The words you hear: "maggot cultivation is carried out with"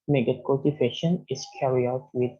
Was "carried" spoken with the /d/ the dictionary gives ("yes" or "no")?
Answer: no